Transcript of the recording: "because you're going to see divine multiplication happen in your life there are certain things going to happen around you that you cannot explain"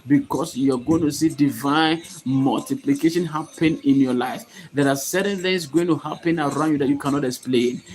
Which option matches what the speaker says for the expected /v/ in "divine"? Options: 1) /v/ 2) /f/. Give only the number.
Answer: 1